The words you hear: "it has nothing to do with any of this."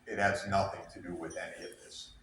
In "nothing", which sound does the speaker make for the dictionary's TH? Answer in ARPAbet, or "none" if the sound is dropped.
TH